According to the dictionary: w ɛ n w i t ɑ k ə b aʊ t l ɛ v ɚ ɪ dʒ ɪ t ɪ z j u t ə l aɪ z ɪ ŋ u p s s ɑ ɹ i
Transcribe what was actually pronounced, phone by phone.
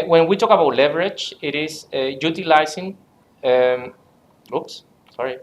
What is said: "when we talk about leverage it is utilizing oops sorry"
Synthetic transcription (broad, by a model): w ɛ n w i t ɑ k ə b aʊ t l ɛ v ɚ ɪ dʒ ɪ t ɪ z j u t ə l aɪ s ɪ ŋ u p s s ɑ ɹ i